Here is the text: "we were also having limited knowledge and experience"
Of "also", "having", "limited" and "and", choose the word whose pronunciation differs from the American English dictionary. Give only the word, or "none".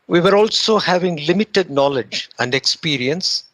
none